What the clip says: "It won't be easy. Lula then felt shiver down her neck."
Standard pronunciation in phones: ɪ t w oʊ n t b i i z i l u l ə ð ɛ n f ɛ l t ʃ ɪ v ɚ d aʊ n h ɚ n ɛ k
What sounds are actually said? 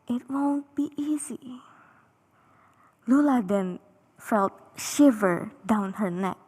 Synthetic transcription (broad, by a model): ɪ t w oʊ n t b i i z i l u l ə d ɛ n f ɛ l t ʃ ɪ v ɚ d aʊ n h ɚ n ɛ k